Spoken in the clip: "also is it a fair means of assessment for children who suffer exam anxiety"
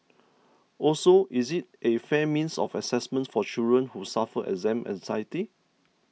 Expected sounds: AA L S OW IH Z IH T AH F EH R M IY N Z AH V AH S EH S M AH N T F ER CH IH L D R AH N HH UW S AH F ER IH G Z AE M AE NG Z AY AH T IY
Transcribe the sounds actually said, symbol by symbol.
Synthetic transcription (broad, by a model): AA L S OW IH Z IH T AH F EH M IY N S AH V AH S EH S M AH N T F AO CH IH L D R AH N HH UW S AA F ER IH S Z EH M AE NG S AY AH T IY